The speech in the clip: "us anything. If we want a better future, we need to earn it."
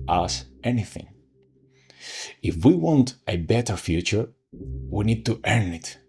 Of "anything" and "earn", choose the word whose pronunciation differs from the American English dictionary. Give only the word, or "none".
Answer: none